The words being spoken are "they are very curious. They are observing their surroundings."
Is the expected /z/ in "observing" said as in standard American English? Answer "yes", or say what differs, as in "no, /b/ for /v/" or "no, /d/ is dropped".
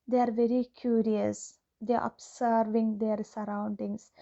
no, /s/ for /z/